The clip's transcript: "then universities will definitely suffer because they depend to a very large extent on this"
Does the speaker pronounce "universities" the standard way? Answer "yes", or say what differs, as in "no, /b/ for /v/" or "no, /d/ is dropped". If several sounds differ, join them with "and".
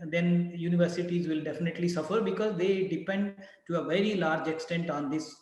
yes